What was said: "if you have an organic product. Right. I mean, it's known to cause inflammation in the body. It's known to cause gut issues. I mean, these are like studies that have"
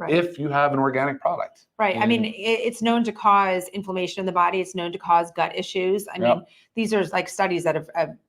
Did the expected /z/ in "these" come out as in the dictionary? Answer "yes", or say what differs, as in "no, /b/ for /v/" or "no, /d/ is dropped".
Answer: yes